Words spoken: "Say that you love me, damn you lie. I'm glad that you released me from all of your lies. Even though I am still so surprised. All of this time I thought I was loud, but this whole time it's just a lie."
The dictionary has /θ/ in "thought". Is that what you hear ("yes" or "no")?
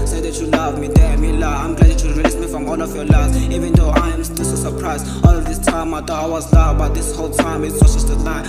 no